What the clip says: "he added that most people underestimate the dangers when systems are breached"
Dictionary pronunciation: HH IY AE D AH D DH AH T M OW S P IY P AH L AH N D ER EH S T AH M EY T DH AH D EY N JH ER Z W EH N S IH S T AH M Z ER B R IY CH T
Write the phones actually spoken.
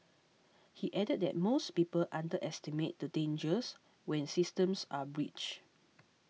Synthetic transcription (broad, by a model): HH IY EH D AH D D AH T M OW S P IY P AH L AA N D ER EH S T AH M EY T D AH D EY N JH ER S W EH N S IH S T AH M S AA B R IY CH